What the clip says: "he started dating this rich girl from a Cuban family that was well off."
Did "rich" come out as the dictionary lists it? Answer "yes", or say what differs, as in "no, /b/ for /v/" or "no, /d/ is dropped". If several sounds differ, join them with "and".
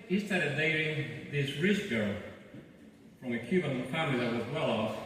no, /s/ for /tʃ/